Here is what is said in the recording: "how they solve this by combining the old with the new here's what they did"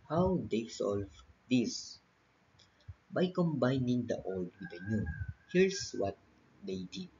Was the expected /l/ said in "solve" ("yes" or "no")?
yes